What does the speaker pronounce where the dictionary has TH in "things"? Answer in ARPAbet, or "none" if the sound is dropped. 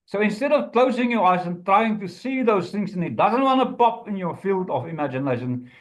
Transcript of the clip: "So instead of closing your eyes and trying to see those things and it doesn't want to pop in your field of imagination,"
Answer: TH